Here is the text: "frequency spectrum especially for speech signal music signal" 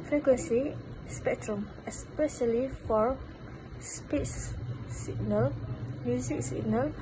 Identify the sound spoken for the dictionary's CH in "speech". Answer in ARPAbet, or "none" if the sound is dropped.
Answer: S